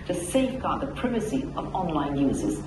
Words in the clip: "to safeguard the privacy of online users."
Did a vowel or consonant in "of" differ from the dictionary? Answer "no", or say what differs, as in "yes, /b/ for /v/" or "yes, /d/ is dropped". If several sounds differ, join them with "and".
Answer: no